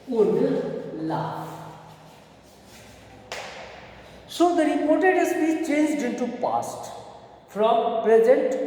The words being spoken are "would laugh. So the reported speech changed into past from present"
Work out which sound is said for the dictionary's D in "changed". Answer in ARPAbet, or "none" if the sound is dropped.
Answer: D